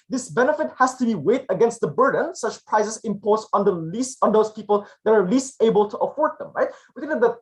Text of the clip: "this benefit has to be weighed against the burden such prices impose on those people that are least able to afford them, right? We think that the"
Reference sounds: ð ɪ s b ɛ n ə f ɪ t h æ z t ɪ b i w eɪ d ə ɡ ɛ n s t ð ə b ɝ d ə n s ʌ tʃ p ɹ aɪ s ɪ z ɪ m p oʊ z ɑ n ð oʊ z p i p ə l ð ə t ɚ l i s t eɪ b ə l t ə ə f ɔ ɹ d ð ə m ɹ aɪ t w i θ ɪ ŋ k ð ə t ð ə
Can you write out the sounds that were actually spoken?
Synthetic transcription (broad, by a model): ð ɪ s b ɛ n ə f ɪ t h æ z t ɪ b i w eɪ d ə ɡ ɛ n s t ð ə b ɝ d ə n s ʌ tʃ p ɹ aɪ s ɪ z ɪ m p oʊ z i n ð oʊ z p i p ə l ð ə t ɚ l i s t eɪ b ə l t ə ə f ɔ ɹ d ð ə m ɹ aɪ t w i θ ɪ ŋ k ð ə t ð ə